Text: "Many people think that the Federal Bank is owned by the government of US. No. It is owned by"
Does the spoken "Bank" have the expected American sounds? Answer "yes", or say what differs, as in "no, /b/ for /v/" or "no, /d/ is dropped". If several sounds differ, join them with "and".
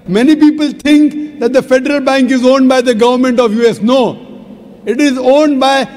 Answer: yes